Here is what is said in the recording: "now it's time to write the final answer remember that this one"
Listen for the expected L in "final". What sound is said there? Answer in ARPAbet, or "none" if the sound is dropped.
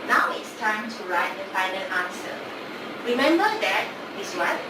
N